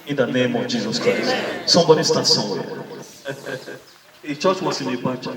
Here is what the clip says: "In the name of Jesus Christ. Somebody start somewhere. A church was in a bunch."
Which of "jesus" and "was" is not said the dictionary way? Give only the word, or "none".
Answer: was